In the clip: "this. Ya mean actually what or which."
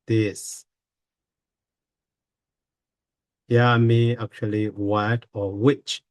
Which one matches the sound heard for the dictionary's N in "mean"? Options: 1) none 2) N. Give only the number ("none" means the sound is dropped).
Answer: 1